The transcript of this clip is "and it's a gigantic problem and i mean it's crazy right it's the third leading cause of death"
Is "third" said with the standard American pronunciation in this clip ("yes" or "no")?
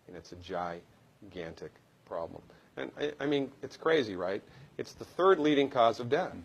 yes